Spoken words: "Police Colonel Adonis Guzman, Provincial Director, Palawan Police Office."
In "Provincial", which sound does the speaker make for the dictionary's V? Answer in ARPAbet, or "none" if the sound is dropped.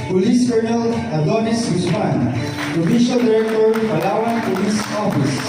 F